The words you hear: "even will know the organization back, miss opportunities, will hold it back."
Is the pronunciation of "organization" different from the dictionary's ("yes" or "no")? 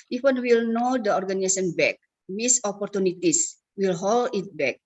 yes